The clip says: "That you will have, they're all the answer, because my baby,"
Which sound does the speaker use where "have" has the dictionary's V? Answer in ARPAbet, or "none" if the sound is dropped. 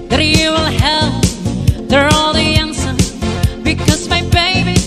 P